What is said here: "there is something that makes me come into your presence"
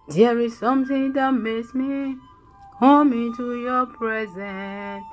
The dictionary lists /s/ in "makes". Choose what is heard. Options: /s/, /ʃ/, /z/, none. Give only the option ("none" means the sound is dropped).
/s/